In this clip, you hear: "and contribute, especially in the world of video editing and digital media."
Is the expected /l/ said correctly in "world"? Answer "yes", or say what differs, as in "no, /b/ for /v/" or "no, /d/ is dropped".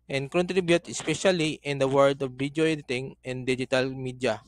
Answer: no, /l/ is dropped